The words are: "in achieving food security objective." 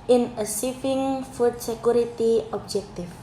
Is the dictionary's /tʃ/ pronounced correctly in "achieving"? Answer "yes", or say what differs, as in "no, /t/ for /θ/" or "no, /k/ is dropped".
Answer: no, /s/ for /tʃ/